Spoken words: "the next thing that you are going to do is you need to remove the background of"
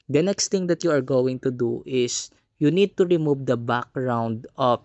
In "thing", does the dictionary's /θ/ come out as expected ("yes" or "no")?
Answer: no